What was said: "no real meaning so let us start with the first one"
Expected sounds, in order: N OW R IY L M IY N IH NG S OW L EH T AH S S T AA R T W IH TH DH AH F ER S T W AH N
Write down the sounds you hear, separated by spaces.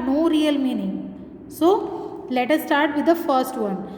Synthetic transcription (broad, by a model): N OW R IY L M IY N IH NG S OW L EH T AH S S T AA R T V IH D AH F ER S T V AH N